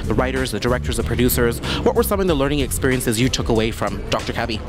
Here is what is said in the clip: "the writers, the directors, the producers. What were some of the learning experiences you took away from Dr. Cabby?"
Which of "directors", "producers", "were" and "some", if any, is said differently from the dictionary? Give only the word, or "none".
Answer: none